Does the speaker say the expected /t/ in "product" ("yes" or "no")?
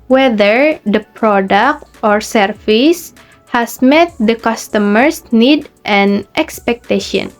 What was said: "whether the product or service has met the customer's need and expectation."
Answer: yes